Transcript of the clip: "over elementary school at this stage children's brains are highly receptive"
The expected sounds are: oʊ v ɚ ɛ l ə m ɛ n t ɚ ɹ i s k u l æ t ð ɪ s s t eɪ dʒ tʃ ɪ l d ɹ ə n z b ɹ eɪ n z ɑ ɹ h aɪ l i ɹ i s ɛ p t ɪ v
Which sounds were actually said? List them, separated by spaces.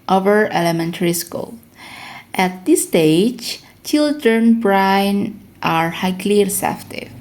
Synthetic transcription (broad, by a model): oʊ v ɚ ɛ l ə m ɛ n t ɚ ɹ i s k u l æ t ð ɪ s s t eɪ dʒ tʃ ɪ l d ɹ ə n b ɹ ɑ n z ɑ ɹ h aɪ l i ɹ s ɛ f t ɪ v